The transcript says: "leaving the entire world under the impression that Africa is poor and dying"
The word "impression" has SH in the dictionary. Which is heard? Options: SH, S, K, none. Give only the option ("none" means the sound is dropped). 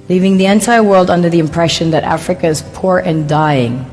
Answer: SH